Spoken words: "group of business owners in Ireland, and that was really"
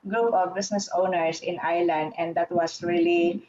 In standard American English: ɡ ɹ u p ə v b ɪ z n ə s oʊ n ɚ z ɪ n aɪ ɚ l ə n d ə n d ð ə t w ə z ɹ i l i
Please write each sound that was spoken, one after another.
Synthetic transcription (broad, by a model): ɡ ɹ u p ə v b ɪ s n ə s oʊ n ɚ s ɪ n aɪ l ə n d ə n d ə t w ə s ɹ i l i